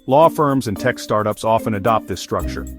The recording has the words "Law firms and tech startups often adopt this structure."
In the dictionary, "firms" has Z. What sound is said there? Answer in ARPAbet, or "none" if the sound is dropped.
Z